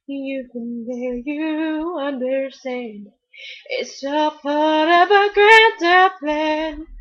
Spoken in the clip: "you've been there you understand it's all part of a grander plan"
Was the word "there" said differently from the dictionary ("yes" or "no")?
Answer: yes